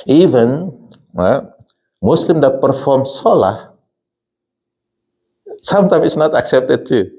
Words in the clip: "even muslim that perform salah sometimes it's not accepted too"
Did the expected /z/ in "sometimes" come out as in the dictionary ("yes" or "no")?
no